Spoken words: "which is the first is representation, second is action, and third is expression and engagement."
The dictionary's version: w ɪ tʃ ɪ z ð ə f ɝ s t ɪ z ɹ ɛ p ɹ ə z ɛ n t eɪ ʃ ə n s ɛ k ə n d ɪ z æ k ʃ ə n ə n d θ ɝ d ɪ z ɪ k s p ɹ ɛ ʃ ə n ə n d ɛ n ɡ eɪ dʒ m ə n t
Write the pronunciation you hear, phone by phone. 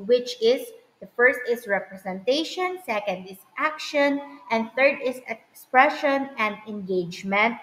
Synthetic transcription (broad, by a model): w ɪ tʃ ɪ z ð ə f ɝ s t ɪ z ɹ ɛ p ɹ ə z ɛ n t eɪ ʃ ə n s ɛ k ə n d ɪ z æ k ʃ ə n ə n d θ ɝ d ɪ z ɪ k s p ɹ ɛ ʃ ə n ə n d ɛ n ɡ eɪ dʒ m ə n t